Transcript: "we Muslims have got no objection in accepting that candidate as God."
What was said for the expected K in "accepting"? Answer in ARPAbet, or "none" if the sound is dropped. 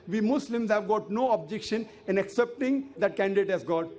K